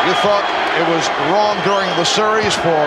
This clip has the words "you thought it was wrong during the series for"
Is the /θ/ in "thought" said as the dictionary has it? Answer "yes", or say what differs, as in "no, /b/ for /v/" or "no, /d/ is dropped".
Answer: yes